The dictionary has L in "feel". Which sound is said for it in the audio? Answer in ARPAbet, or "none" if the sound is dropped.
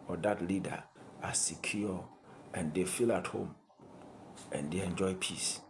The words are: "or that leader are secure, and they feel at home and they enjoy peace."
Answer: L